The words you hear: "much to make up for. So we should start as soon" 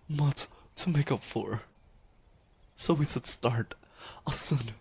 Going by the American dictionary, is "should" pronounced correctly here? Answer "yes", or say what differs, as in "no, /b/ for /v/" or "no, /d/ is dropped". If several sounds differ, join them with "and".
no, /s/ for /ʃ/